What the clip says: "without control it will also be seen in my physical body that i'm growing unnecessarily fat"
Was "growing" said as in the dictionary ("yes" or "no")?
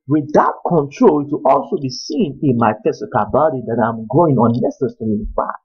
no